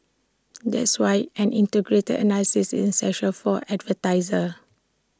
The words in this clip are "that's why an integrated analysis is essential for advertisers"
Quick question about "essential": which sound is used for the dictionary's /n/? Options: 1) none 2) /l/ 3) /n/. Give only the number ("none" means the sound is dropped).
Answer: 1